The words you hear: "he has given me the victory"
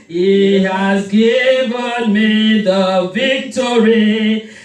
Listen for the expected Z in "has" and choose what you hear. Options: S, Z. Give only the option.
Z